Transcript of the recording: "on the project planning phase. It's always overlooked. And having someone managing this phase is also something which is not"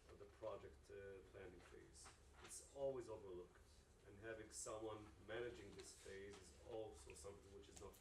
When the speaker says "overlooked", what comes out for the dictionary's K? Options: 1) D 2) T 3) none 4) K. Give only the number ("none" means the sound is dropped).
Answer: 4